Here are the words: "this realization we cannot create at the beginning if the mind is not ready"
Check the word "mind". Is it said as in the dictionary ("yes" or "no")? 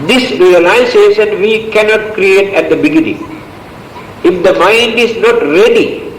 yes